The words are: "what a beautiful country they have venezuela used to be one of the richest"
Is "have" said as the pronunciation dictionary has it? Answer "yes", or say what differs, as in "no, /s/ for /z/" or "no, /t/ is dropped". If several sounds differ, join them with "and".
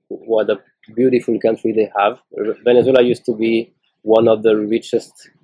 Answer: yes